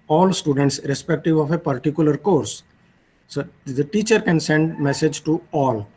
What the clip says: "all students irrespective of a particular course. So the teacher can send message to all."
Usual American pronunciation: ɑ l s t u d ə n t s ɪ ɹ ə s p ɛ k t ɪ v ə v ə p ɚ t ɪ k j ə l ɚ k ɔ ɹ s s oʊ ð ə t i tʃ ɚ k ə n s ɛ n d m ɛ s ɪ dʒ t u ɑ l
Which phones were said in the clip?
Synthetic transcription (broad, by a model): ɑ l s t u d ə n t s ɹ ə s p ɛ k t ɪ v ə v ə p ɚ t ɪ k j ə l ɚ k ɔ ɹ s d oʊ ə t i tʃ ɚ k ə n s ɛ n d m ɛ s ɪ dʒ t u ɑ l